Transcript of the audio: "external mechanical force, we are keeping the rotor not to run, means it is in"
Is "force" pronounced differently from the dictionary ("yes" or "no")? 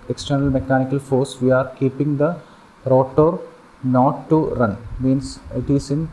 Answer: no